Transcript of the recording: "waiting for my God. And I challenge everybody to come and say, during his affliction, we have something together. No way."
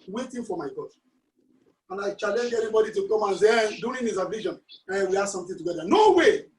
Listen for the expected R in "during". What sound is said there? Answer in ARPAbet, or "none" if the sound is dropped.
none